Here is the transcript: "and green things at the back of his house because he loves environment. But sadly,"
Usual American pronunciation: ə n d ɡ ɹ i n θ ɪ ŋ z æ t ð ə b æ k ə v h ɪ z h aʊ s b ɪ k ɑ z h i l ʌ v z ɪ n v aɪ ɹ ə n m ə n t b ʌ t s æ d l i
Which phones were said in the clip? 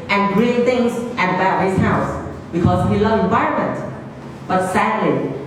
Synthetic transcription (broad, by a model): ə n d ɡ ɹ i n t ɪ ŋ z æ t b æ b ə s h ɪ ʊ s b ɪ k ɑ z h i l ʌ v ɪ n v aɪ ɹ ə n m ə n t b ʌ t s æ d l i